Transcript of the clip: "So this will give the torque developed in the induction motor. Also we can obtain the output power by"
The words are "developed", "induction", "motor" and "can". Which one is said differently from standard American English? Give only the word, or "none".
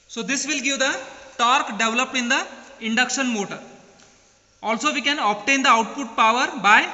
developed